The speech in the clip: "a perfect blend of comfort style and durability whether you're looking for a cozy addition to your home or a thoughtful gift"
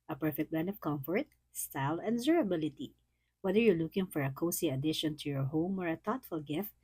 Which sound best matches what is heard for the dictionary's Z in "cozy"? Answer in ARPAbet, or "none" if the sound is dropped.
S